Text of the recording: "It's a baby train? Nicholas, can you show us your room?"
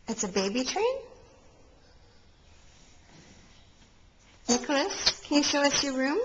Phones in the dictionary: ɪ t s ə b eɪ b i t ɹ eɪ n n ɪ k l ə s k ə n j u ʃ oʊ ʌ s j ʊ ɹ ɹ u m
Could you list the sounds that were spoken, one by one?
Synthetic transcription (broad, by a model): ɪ t s ə b eɪ b i t ɹ eɪ n n ɪ k l ə s k ə n j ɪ ʃ oʊ ʌ s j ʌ ɹ ɹ u m